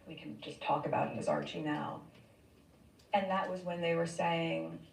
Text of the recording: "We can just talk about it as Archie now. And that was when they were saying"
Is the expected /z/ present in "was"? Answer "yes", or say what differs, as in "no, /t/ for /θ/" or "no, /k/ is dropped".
yes